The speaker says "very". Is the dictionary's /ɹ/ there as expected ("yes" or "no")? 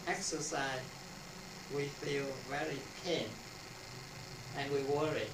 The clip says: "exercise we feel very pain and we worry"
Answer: yes